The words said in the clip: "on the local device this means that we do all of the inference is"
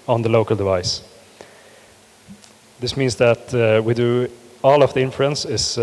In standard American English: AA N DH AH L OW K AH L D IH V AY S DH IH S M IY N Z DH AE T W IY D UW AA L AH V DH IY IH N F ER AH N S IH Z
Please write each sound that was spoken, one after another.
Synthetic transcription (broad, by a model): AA N DH AH L OW K AH L D IH V AY S DH IH S M IY N S DH AE T W IY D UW AA L AH V DH IY IH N F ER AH N S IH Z